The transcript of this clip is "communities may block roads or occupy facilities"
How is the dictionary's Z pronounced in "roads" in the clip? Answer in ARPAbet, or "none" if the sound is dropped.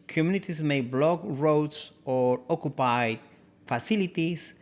S